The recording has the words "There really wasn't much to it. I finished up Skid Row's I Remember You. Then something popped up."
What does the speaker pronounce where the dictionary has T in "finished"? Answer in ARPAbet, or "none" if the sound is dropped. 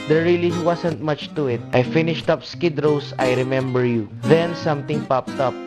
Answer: T